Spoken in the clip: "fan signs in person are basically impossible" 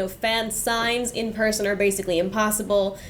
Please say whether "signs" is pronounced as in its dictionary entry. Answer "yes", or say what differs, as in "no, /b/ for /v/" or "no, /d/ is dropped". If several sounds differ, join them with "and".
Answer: yes